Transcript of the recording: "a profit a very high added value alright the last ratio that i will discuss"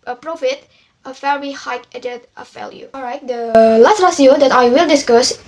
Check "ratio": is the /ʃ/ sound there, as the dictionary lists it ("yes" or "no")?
no